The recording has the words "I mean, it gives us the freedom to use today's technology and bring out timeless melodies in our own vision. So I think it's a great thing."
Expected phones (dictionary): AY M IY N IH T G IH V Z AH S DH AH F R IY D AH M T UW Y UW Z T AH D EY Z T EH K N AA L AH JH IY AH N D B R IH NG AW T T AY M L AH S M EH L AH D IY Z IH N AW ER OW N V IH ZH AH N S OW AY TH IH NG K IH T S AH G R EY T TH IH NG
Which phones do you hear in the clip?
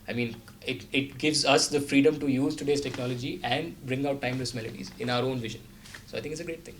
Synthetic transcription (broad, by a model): AY M IY N IH T G IH V Z AH S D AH F R IY D AH M T UW Y UW Z T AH D EY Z T EH K N AA L AH JH IY AH N D B R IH NG AW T T AY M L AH S M EH L AH D IY Z IH N AW ER OW N V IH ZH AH N S OW AY T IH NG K IH T S AH G R EY T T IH NG